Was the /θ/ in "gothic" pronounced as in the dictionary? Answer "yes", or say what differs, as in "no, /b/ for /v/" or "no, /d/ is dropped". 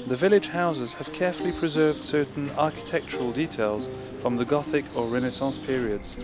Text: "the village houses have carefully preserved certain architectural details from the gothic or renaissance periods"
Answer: yes